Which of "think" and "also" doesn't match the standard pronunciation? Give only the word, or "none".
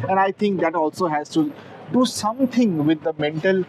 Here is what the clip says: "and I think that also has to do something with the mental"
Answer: think